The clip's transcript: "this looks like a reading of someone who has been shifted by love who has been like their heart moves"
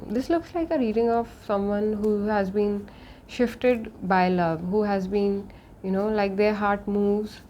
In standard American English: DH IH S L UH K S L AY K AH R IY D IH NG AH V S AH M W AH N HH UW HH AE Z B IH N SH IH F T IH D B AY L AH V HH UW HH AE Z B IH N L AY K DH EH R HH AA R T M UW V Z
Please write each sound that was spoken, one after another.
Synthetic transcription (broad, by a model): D IH S L UH K S L AY K AH R IY D IH NG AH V S AH M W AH N HH UW HH AE Z B IH N SH IH F T IH D B AY L AH V HH UW HH AE Z B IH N L AY K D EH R HH AA R T M UW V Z